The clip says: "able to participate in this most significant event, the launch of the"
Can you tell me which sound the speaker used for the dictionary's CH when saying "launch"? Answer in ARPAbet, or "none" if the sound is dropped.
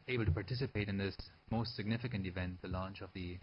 CH